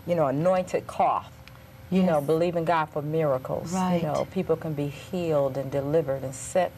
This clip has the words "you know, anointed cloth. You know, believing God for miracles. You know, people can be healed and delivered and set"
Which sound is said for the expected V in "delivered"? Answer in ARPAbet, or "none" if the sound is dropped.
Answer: V